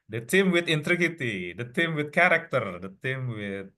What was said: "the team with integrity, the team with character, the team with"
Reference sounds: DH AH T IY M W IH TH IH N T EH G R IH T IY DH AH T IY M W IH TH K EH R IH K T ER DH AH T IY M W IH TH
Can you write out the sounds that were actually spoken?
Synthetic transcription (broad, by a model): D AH T IY M W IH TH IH N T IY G IH T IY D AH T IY M W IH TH K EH R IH K T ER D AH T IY M W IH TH